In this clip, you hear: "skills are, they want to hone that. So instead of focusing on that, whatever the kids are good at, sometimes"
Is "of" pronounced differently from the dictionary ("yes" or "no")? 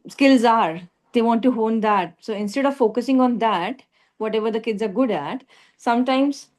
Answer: no